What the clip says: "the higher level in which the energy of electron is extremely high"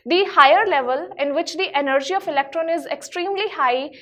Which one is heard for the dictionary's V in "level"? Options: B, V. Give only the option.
V